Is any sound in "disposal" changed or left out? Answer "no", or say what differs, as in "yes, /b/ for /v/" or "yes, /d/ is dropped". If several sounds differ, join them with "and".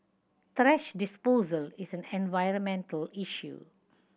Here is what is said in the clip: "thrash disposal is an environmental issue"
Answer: no